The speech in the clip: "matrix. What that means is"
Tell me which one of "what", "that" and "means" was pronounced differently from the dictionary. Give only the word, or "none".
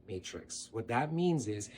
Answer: none